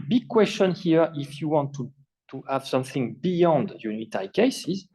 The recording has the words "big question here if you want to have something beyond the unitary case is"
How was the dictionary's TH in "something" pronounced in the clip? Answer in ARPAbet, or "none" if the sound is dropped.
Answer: TH